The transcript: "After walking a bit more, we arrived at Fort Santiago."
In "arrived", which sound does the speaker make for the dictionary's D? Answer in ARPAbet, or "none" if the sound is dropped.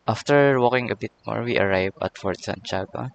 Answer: none